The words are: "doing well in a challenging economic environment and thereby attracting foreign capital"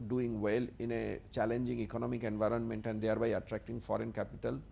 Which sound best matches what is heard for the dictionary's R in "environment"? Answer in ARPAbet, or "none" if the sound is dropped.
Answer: R